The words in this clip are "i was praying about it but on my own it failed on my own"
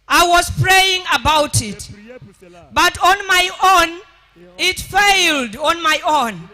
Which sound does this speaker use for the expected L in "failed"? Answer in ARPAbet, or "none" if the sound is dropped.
L